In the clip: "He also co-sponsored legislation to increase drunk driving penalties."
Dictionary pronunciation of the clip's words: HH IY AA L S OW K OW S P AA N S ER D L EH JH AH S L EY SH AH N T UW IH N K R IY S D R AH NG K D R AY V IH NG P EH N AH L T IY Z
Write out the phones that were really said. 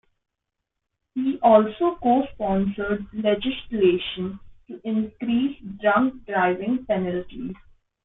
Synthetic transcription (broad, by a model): HH IY AA L S OW K OW S P AA N S ER D L EH JH AH S L EY SH AH N T UW IH N K R IY S D R AH NG K D R AY V IH NG P EH N AH L T IY Z